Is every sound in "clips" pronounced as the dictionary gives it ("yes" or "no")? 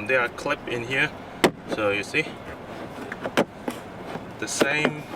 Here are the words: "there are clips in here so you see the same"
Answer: no